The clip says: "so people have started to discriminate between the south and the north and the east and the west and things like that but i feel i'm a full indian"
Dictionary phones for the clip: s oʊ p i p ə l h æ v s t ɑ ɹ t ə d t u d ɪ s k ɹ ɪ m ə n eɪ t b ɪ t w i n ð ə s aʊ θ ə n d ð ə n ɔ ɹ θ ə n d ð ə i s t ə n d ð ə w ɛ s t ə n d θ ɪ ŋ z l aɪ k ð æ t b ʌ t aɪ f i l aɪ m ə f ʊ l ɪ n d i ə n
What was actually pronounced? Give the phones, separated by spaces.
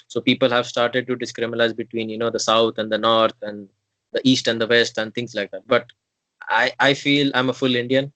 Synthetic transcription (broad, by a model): s oʊ p i p ə l h æ v s t ɑ ɹ t ə d t u d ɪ s k ɹ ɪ m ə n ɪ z b ɪ t w i n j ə s aʊ t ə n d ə n ɔ ɹ t ə n d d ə i s t ə n d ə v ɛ s t ə n d t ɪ ŋ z l aɪ k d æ t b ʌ t aɪ f i l aɪ m ə f ʊ l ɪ n d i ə n